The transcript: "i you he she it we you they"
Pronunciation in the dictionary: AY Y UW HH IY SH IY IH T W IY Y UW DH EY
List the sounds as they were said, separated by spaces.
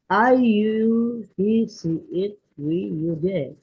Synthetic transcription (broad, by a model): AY Y UW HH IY S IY IH T W IY Y UW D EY